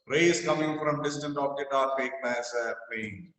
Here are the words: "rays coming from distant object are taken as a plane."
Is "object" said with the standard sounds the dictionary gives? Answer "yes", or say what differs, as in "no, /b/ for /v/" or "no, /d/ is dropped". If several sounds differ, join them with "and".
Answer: no, /k/ is dropped